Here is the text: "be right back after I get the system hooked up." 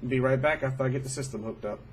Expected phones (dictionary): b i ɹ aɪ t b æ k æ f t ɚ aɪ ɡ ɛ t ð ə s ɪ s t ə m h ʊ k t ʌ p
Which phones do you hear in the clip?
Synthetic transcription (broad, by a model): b i ɹ aɪ t b æ k æ f t ɚ aɪ ɡ ɛ t ð ə s ɪ s t ə m h ʊ k t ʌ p